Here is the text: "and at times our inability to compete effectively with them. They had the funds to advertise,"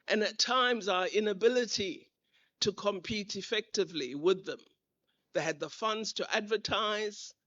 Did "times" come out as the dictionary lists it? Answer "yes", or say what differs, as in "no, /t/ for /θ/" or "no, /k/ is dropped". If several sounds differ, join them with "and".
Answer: yes